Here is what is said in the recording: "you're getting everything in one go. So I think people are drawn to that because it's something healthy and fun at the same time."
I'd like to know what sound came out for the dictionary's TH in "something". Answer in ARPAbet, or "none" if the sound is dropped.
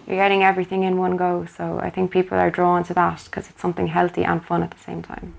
TH